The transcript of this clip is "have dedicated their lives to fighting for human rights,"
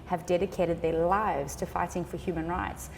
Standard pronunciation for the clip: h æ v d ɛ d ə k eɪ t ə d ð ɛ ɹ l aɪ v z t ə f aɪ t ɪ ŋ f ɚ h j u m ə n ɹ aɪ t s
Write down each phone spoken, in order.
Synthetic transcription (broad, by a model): h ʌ v d ɛ d ə k eɪ t ə d ð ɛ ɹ l aɪ v z t ə f aɪ t ɪ ŋ f ɚ h j u m ə n ɹ aɪ t s